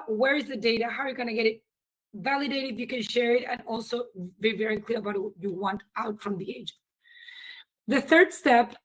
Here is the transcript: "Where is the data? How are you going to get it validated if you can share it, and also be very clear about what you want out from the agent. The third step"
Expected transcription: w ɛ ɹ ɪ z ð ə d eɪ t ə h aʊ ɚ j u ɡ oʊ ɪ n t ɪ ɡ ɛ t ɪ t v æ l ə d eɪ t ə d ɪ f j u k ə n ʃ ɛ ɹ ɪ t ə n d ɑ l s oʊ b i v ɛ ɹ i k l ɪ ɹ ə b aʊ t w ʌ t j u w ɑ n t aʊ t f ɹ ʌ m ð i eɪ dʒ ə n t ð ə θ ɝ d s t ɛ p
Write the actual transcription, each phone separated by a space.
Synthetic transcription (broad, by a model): w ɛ ɹ ɪ z ð ə d eɪ t ə h aʊ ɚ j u ɡ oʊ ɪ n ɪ ɡ ɛ t ɪ t v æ l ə d eɪ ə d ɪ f j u k ə n ʃ ɛ ɹ ɪ t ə n ɑ l s oʊ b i v ɛ ɹ i k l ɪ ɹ ə b aʊ t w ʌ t j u w ɑ n t aʊ t f ɹ ʌ m ð i eɪ dʒ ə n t ð ə θ ɝ d s t ɛ p